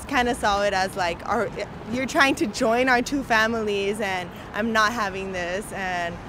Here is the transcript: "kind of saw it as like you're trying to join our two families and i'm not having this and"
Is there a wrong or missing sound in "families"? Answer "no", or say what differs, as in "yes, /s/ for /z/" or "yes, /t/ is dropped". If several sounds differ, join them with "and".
no